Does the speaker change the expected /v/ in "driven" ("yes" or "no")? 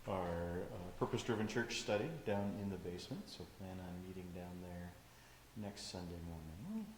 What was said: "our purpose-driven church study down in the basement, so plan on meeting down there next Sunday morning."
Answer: no